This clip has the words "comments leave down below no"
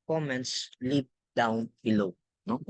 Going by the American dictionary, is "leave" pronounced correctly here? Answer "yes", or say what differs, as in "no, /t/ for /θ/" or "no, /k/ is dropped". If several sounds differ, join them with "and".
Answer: no, /p/ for /v/